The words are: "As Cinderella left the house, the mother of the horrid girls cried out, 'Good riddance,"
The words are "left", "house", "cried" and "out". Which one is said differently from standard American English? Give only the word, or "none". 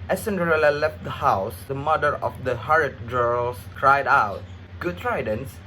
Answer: none